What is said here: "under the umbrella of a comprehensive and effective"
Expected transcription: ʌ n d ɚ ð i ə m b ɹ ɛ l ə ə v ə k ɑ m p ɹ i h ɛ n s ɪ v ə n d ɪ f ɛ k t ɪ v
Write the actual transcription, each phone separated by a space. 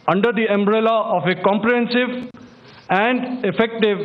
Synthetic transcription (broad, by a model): ʌ n d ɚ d i ə m b ɹ ɛ l ə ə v ə k ɑ m p ɹ i h ɛ n s ɪ v ə n d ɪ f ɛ k t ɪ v